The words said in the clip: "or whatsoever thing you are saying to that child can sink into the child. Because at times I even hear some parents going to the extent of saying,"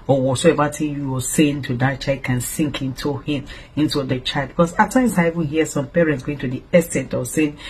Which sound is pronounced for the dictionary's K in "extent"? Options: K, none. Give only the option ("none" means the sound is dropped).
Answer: none